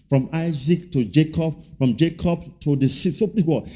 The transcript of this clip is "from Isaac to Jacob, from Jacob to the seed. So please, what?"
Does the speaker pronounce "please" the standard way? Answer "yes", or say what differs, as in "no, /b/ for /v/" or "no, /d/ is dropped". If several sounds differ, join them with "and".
no, /z/ is dropped